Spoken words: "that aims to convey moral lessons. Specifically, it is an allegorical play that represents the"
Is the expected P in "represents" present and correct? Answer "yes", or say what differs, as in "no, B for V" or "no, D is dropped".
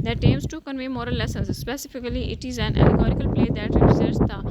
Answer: no, P is dropped